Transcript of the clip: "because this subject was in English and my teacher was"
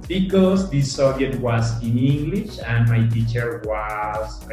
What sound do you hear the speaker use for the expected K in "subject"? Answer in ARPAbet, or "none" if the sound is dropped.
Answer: none